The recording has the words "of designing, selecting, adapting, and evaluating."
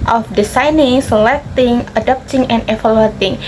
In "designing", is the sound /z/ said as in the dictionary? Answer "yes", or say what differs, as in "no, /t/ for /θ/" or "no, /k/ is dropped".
no, /s/ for /z/